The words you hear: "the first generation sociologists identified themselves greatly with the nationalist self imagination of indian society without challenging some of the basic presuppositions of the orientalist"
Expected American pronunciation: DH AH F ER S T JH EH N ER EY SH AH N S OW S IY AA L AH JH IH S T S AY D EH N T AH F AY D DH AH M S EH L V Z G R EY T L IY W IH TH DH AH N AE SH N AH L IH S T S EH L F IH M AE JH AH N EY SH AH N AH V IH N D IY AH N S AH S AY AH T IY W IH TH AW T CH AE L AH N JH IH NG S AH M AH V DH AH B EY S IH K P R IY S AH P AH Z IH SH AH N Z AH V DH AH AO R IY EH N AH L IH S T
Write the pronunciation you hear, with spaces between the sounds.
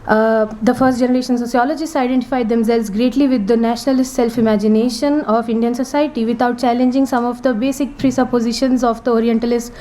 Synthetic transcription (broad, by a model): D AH F ER S T JH EH N ER EY SH AH N S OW S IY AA L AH JH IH S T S AY D EH N T AH F AY D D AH M S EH L V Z G R EY T L IY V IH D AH N AE SH N AH L IH S T S EH L F IH M AE JH AH N EY SH AH N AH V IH N D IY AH N S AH S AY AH T IY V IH T AW T CH AE L AH N JH IH NG S AH M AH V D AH B EY S IH K P R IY S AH P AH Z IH SH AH N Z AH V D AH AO R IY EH N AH L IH S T